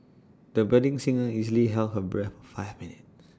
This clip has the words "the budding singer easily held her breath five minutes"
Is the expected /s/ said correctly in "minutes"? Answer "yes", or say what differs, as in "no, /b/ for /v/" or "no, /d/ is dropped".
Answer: no, /s/ is dropped